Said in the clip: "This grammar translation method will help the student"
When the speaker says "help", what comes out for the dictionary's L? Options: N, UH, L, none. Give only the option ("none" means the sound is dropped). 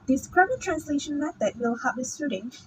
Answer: none